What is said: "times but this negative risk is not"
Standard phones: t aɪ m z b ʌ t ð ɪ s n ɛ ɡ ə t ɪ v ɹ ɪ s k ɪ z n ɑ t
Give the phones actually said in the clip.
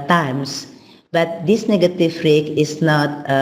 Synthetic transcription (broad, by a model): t aɪ m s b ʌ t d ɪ s n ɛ ɡ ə t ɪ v ɹ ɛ k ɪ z n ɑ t